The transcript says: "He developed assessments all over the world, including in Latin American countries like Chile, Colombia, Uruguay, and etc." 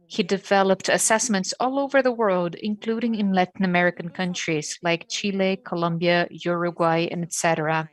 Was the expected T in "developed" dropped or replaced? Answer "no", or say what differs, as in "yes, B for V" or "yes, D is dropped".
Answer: no